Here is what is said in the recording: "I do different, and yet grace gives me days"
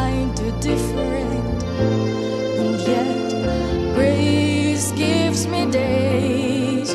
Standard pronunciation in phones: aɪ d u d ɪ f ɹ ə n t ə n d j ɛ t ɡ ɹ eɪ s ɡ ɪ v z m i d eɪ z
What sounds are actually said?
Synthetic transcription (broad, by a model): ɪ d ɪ d ɪ f ɹ ə n t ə n j ɛ t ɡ ɹ eɪ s ɡ ɪ v z m i d eɪ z